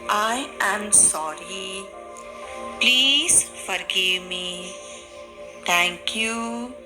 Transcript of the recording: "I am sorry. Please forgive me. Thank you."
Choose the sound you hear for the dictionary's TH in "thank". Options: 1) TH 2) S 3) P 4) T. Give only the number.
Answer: 4